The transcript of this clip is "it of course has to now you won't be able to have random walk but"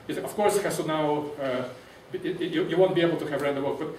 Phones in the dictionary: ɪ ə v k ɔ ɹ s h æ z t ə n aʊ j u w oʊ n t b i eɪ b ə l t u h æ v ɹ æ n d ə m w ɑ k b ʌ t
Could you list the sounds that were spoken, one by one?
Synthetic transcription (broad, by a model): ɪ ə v k ɔ ɹ s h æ s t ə n aʊ j u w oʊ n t b i eɪ b ə l t u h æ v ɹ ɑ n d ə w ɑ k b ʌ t